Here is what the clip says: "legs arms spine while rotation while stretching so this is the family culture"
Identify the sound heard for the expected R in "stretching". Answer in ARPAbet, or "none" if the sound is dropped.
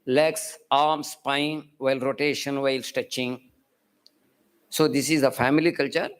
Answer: none